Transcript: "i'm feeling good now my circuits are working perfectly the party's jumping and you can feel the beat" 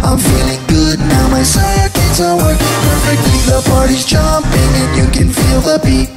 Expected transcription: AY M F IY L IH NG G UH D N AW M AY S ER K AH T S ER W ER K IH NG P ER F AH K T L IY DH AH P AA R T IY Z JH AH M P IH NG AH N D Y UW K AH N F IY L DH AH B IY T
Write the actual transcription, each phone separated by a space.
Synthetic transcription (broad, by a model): AY M F IY L IH NG G UH D N AW M AY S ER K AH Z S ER W ER K IH NG P ER F AH K T L IY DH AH P AA R T IY Z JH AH M P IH NG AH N Y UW K AH N F IY L DH AH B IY